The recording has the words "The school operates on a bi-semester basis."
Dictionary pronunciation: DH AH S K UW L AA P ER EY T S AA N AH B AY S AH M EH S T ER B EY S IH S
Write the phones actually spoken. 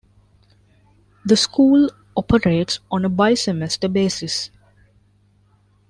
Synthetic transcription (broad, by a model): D AH S K UW L AA P ER EY T S AA N AH B AY S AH M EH S T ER B EY S IH S